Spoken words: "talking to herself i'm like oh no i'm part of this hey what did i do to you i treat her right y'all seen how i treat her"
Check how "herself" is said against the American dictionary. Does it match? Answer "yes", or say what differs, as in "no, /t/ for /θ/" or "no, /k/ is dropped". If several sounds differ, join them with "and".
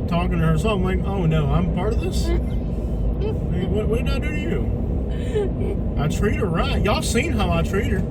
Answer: no, /f/ is dropped